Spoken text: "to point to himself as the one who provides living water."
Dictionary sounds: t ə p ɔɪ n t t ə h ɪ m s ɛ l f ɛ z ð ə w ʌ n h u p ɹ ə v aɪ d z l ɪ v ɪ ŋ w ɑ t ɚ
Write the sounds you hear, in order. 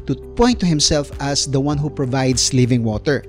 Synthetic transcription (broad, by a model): t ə p ɔɪ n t t ə h ɪ m s ɛ l f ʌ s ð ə w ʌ n h u p ɹ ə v aɪ d s l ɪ v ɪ ŋ w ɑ t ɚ